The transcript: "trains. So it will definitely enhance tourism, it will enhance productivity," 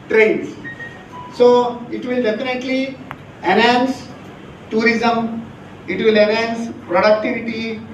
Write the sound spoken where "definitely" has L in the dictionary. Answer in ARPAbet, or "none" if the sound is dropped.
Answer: L